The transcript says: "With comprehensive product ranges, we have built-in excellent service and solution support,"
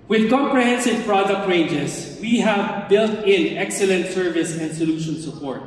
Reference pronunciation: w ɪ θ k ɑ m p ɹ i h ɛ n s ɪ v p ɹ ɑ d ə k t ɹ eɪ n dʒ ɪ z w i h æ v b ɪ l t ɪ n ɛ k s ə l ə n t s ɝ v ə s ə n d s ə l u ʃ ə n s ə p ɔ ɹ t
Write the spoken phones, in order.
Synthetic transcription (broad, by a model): w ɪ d k ɑ m p ɹ i h ɛ n s ɪ v p ɹ ɑ d ə k t ɹ eɪ n dʒ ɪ s w i h æ v b ɪ l t ɪ n ɛ k s ə l ə n t s ɝ v ə s ə n d s ə l u ʃ ə n s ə p ɔ ɹ t